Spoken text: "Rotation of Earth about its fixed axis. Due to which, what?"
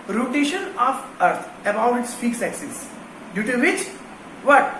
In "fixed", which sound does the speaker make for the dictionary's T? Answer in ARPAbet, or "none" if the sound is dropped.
none